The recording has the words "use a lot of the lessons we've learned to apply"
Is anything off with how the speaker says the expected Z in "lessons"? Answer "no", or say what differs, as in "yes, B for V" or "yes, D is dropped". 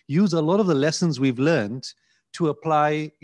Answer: no